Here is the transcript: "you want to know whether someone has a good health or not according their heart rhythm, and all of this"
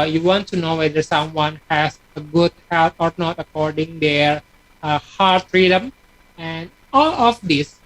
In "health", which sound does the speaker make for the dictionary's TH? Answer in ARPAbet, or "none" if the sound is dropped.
T